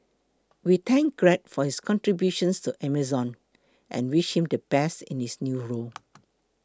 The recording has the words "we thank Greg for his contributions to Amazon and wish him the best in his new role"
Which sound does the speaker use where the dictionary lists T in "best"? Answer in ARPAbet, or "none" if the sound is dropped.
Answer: none